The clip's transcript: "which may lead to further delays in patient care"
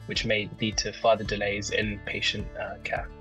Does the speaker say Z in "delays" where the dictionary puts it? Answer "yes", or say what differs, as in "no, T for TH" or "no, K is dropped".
yes